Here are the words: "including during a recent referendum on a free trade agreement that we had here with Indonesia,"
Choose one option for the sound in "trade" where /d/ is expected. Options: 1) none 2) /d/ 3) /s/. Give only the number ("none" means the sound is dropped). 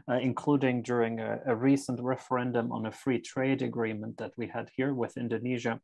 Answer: 2